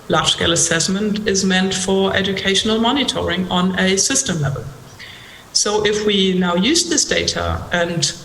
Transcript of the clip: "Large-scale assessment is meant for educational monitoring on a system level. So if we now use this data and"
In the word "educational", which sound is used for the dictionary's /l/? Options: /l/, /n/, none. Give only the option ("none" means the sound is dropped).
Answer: /l/